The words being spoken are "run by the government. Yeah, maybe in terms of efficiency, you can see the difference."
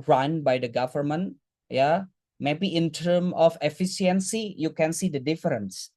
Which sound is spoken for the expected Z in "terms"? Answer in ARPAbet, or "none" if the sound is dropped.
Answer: none